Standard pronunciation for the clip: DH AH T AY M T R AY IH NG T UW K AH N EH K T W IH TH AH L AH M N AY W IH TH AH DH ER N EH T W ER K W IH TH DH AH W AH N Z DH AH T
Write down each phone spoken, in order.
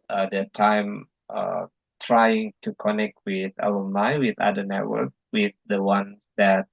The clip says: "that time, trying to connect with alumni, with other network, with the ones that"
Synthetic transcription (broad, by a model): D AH T AY M T R AY IH NG T UW K AH N EH K T W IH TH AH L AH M L AY W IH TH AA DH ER N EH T W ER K W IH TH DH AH W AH N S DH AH T